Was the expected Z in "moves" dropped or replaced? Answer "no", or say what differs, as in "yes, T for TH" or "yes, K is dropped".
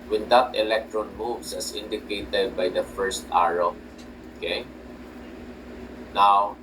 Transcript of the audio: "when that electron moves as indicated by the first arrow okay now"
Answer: yes, S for Z